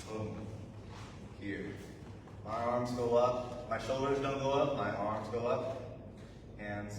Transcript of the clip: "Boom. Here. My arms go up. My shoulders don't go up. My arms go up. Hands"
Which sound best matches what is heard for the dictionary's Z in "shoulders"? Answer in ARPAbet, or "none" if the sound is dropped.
Z